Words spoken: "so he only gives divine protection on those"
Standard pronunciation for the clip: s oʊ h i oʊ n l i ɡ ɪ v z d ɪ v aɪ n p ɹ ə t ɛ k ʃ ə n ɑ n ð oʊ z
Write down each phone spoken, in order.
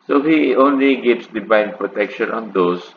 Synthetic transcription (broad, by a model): s oʊ h i oʊ n l i ɡ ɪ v s d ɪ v aɪ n p ɹ ə t ɛ k ʃ ə n ɑ n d oʊ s